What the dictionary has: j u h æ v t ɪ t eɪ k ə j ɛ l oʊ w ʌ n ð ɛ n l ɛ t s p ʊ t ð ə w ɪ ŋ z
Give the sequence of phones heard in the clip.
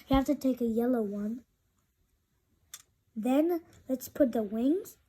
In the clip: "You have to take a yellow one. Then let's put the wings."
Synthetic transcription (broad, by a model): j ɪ h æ f t ɪ t eɪ k ə j ɛ l oʊ w ʌ n ð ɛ n l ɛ t s p ʊ t ð ə w ɪ ŋ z